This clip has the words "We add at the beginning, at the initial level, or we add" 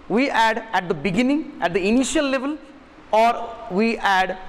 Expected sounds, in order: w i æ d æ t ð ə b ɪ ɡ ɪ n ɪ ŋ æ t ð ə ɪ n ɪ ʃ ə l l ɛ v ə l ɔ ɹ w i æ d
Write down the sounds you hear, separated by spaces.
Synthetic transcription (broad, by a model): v i æ d æ t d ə b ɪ ɡ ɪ n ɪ ŋ æ t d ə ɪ n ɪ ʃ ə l l ɛ v ə l ɔ ɹ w i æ d